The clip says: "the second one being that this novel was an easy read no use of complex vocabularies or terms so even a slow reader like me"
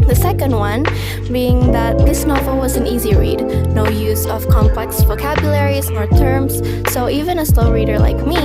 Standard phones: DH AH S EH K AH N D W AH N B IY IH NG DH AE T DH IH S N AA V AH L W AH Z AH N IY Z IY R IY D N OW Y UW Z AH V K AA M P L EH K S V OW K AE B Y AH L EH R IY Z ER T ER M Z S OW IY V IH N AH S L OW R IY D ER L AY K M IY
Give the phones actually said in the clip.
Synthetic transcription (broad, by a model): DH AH S EH K AH N D W AH N B IY IH NG DH AE T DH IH S N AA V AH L W AH Z AH N IY Z IY R IY D N OW Y UW Z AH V K AA M P L EH K S V OW K AE B Y AH L EH R IY Z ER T ER M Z S OW IY V IH N AH S L OW R IY D ER L AY K M IY